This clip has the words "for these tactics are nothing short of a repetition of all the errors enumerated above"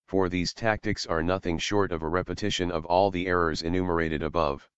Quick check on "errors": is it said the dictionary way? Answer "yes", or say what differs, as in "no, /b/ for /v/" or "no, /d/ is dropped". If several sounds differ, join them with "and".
yes